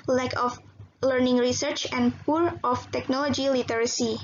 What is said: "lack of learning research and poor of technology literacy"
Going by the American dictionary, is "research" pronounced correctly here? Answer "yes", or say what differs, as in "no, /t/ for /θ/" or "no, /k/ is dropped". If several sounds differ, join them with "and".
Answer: yes